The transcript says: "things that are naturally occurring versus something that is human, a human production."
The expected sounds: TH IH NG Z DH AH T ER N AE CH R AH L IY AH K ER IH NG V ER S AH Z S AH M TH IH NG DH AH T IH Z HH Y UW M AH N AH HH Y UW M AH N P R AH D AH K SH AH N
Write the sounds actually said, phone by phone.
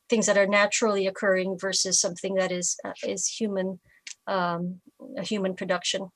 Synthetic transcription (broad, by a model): TH IH NG Z DH AH T ER N AE CH R L IY AH K ER IH NG V ER S AH Z S AH M TH IH NG DH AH T IH Z HH Y UW M AH N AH HH Y UW M AH N P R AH D AH K SH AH N